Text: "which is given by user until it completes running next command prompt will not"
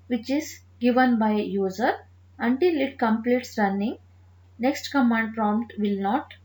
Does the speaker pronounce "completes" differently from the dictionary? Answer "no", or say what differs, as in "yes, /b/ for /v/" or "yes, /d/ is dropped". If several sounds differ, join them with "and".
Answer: no